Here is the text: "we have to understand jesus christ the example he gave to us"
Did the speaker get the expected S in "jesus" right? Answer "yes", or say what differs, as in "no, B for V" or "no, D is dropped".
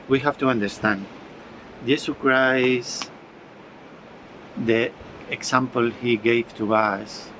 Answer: no, S is dropped